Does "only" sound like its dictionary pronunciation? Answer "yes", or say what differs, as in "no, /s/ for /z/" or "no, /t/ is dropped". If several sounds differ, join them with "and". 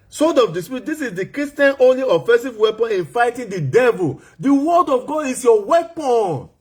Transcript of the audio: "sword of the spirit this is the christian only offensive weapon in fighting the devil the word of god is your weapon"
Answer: yes